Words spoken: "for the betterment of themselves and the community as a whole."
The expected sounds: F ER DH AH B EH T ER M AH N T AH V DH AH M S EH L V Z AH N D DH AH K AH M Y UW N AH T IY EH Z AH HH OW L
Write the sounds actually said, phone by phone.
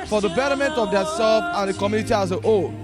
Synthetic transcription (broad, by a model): F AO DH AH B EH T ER M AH N T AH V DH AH S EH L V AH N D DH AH K AH M Y UW N AH T IY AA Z AH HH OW